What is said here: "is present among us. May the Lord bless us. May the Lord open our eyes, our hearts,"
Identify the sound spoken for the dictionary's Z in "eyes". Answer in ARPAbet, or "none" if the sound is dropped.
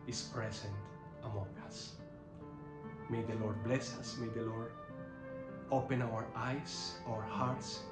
S